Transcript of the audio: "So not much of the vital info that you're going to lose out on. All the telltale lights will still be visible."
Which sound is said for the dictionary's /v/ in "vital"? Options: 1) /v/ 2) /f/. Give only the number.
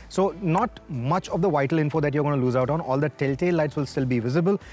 1